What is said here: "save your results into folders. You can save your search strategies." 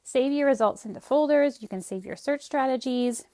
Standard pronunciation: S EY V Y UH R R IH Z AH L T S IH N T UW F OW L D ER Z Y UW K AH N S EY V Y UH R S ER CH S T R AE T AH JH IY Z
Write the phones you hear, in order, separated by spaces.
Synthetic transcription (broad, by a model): S EY V Y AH R R IH Z AH L T S IH N T UW F OW L D ER Z Y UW K AH N S EY V Y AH R S ER CH S T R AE T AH JH IY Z